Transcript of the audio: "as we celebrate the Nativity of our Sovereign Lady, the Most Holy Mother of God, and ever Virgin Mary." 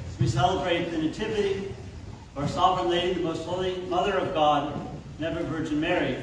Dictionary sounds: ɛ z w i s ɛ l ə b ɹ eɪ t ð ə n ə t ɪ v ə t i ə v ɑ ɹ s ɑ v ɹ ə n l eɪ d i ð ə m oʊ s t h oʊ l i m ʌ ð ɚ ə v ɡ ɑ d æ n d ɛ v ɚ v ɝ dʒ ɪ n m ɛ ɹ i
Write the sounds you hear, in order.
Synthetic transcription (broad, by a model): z w i s ɛ l ə b ɹ eɪ t ð ə n ə t ɪ v ə t i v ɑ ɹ s ɑ v ɹ ə n l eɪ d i ð ə m oʊ s t h oʊ l i m ʌ ð ɚ ə v ɡ ɑ d n ɛ v ɚ v ɝ dʒ ɪ n m ɛ ɹ i